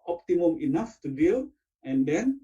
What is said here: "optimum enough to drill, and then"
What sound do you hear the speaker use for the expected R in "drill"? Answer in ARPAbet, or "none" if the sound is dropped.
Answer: none